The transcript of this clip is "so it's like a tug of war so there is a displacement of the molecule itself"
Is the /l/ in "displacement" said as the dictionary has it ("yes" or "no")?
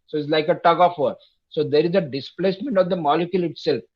yes